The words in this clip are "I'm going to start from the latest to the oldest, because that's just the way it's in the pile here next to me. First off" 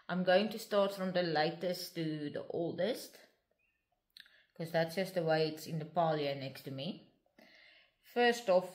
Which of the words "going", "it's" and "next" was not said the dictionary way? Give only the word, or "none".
next